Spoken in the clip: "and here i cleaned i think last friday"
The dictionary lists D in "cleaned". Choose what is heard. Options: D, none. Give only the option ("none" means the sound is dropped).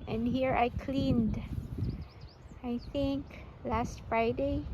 D